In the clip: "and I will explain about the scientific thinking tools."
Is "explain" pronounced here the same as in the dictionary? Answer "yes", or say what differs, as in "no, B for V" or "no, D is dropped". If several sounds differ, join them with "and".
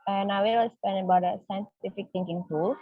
no, K is dropped and L is dropped